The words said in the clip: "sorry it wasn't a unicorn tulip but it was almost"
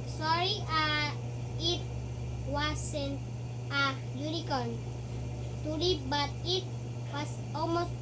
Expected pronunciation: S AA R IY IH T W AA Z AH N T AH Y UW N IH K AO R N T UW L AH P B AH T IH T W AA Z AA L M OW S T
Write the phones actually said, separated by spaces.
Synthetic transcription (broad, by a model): S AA R IY IH T W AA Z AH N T AH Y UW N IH K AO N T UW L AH B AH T IH T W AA S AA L M OW S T